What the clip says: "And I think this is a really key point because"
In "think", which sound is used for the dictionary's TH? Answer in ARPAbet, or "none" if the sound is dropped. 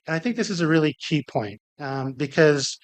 TH